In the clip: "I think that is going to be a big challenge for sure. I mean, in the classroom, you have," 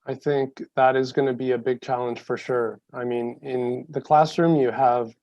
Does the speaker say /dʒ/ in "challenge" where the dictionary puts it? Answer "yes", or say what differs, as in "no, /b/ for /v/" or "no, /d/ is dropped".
no, /ʒ/ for /dʒ/